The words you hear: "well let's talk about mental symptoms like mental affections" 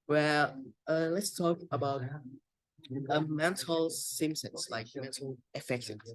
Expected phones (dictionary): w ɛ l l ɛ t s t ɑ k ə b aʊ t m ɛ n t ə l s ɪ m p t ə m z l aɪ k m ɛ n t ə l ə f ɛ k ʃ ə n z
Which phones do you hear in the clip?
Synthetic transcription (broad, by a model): w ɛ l l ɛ t s t ɑ k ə b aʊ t m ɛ n t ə l s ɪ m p s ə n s l aɪ k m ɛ n t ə l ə f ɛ k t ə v